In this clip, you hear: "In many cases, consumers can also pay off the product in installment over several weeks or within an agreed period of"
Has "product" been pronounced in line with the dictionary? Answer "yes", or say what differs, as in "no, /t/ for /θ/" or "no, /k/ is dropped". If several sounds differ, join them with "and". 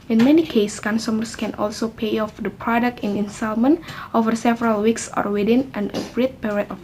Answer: yes